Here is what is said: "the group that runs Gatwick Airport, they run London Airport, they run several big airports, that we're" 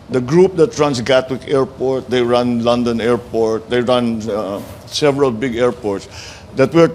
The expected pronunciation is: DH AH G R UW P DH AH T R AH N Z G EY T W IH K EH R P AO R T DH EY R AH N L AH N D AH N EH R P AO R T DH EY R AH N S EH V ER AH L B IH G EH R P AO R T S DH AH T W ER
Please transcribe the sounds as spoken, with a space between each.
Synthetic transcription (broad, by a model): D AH G R UW P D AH T R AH N S G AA T W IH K EH R P AO R T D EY R AH N L AH N D AH N EH R P AO R T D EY R AH N S EH V ER AH L B IH G EH R P AO R T S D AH T W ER